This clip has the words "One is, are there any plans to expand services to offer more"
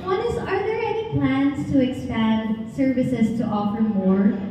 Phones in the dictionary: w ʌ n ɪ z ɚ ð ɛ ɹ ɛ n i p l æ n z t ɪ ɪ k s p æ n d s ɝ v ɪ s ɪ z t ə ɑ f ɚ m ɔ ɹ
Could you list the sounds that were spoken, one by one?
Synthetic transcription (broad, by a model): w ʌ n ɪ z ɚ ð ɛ ɹ ɛ n i p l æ n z t ɪ ɪ k s p æ n d s ɝ v ɪ s ɪ z t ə ɑ f ɚ m ɔ ɹ